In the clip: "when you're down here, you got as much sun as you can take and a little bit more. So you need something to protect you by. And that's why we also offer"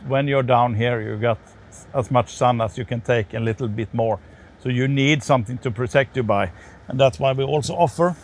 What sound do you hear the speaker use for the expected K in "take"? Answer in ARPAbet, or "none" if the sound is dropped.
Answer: none